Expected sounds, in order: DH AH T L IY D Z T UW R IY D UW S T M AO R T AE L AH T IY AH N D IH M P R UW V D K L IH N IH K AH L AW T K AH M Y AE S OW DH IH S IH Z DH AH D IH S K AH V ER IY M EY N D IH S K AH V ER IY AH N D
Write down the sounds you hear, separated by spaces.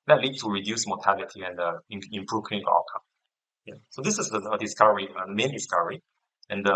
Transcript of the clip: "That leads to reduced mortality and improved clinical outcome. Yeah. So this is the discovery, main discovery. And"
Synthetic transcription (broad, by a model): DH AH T L IY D T UW R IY D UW S M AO T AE L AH T IY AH N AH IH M P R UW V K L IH IH AH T K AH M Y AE S OW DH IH S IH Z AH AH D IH S K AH V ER IY M EY N D IH S K AH V ER IY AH N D